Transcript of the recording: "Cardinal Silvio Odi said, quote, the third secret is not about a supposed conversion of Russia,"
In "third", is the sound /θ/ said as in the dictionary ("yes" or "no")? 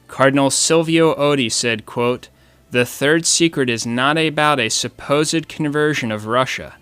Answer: yes